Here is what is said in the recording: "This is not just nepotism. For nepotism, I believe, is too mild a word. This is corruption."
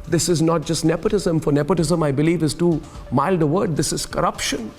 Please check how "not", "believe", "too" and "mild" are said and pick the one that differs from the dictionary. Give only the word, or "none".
none